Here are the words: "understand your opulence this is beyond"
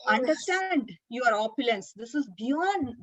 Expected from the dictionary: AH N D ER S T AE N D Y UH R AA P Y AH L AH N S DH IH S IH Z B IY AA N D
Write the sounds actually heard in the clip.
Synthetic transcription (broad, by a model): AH N D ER S T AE N D Y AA R AA P Y AH L AH N S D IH S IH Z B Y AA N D